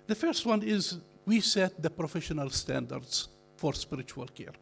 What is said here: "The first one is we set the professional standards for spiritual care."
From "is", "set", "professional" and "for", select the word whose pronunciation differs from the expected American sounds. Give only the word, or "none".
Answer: none